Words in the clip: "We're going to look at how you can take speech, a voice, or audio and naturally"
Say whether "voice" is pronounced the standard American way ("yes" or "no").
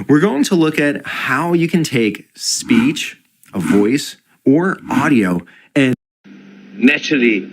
yes